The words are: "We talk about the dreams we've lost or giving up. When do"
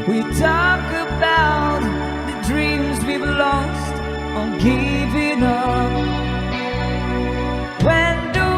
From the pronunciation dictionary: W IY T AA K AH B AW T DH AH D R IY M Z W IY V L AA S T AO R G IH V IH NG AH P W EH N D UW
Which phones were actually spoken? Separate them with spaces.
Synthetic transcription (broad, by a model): W IY T AA K AH B AW T DH AH D R IY M Z W IY B L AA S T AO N G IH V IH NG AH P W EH N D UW